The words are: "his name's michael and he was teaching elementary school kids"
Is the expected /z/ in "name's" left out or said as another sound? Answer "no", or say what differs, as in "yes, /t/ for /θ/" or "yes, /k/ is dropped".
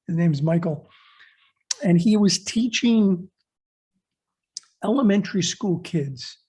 no